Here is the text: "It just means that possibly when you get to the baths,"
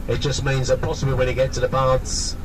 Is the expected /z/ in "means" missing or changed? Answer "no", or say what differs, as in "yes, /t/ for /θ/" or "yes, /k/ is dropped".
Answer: no